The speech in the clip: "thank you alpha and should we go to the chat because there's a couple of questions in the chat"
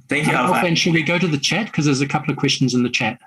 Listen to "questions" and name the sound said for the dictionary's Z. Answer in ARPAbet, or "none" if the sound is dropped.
Z